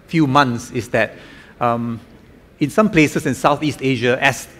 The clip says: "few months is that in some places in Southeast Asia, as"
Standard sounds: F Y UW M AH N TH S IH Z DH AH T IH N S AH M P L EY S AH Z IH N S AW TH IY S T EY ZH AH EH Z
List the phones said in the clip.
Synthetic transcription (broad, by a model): F Y UW M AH N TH S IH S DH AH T IH N S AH M P L EY S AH S IH N S AW TH IY S T EY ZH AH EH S